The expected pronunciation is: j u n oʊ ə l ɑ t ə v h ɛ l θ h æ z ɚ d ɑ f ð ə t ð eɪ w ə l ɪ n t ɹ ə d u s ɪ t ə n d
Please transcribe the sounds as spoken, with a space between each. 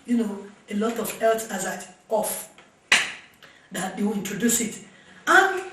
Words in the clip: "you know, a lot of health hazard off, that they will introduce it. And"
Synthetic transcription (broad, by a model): j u n oʊ ə l ɑ t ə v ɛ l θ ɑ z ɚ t ɑ f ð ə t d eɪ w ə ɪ n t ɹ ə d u s ɪ t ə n